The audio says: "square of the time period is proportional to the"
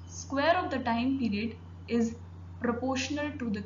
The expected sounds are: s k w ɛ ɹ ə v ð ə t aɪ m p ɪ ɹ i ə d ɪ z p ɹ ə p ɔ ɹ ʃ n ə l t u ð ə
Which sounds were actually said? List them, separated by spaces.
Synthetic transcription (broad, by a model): s k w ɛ ɹ ə v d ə t aɪ m p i ɹ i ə d ɪ z p ɹ ə p ɔ ɹ ʃ n ə l t u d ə